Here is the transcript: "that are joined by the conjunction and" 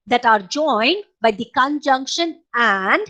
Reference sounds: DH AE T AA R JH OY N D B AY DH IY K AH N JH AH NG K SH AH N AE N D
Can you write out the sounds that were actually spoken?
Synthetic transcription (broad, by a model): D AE T AA R JH OY N D B AY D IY K AH N JH AH NG K SH AH N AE N D